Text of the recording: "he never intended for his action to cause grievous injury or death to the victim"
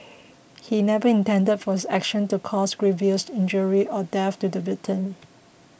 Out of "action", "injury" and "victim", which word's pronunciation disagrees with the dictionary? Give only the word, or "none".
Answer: victim